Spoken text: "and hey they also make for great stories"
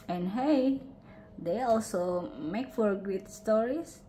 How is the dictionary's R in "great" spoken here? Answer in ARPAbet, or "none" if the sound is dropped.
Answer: none